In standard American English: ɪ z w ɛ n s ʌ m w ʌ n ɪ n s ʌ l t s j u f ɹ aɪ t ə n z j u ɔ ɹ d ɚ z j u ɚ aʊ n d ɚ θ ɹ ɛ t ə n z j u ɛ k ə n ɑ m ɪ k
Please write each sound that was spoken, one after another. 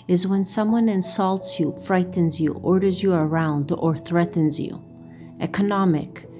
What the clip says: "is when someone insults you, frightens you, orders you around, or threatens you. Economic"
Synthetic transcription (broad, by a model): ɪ z w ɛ n s ʌ m w ʌ n ɪ n s ʌ l t s j u f ɹ aɪ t n z j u ɔ ɹ d ɚ z j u ɚ aʊ n d ɚ θ ɹ ɛ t n z j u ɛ k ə n ɑ m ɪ k